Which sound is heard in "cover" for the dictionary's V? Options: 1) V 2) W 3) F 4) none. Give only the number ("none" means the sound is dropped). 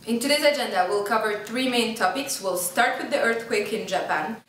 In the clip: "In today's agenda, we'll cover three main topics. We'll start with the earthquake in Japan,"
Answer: 1